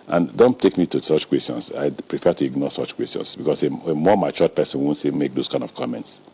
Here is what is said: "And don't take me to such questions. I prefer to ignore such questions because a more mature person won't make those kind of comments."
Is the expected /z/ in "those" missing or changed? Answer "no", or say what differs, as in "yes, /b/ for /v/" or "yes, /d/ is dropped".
yes, /s/ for /z/